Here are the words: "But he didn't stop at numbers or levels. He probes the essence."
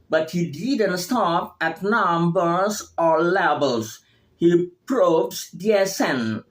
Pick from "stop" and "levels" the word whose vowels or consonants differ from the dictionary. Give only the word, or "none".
levels